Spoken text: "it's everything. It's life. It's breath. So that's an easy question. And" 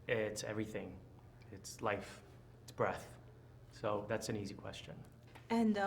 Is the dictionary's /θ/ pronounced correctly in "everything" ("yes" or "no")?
yes